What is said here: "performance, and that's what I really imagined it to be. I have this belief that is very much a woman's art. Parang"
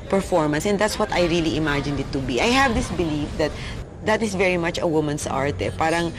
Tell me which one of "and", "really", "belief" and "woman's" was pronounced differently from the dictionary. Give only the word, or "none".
woman's